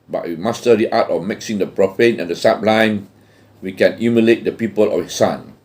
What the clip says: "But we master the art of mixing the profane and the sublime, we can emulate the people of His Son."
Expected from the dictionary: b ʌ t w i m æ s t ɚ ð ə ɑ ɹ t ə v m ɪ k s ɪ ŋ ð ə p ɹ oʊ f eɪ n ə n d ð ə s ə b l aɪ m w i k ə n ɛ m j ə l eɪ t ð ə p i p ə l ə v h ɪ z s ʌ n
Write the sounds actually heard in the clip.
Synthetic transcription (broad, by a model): b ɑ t w i m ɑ s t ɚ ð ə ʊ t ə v m ɪ k s ɪ ŋ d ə p ɹ oʊ f eɪ n ə n d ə s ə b l aɪ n w i k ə n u m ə l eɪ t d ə p i p ə l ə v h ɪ s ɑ n